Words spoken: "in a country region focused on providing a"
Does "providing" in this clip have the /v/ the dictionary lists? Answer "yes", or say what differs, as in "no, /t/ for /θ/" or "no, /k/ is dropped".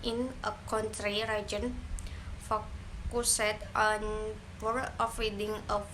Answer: no, /f/ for /v/